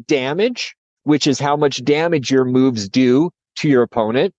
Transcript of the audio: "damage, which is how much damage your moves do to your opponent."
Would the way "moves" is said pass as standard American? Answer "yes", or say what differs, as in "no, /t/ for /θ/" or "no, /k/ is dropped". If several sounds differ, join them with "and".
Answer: yes